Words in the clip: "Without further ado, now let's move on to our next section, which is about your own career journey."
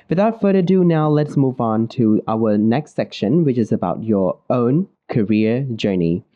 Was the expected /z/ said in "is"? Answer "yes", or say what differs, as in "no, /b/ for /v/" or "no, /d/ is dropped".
yes